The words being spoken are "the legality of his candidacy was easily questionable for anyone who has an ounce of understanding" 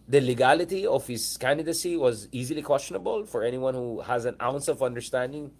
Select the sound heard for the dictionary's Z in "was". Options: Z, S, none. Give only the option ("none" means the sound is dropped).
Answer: Z